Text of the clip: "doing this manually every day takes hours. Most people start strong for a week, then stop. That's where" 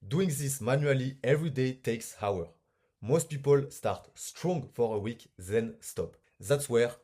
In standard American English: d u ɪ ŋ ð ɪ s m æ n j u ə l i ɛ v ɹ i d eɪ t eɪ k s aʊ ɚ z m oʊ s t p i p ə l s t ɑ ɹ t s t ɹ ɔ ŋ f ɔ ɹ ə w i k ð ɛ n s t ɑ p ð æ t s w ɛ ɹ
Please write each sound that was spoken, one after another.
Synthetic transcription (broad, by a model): d u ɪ ŋ ð ɪ s m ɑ n j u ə l i ɛ v ɹ i d eɪ t eɪ k s aʊ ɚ m oʊ s t p i p ə l s t ɑ ɹ t s t ɹ ɔ ŋ f ɔ ɹ ə w i k ð ɛ n s t ɑ p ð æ t s w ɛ ɹ